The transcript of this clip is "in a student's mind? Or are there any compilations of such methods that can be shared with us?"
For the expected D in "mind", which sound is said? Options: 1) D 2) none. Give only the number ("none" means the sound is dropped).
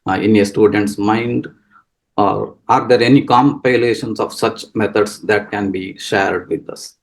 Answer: 1